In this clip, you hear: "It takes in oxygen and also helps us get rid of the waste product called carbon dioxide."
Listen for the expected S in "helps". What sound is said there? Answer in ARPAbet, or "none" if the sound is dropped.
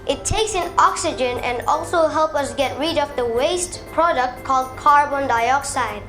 none